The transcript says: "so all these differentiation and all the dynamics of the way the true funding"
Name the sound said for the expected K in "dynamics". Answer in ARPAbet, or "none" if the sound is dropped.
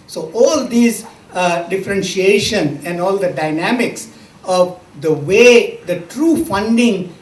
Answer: K